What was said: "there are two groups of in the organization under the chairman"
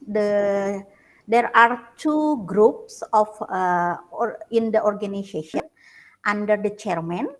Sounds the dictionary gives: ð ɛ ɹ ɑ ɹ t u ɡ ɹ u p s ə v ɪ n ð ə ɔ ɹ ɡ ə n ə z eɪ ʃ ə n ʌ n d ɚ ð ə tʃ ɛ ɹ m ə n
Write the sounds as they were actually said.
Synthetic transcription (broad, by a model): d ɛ ɹ ɑ ɹ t u ɡ ɹ u p s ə f ɪ n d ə ɔ ɹ ɡ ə n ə s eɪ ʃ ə n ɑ n d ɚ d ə tʃ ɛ ɹ m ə n